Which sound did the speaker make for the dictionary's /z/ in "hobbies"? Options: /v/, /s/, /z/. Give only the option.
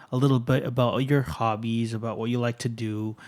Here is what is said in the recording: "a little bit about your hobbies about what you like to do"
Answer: /z/